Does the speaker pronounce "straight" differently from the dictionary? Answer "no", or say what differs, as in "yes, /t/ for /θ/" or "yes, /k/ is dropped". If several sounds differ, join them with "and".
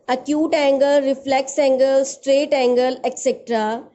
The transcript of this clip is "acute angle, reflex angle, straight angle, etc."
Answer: no